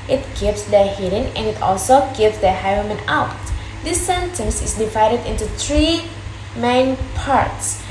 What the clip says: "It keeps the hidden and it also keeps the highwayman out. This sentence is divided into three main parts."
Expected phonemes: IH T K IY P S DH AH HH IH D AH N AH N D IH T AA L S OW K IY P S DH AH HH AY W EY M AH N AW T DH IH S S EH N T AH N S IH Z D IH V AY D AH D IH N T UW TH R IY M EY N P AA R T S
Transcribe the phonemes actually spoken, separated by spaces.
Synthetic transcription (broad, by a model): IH T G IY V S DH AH HH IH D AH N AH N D IH T AA L S OW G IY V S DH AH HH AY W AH M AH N AW T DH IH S S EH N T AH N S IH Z D IH V AY D AH D IH N T UW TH R IY M EY N P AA R T S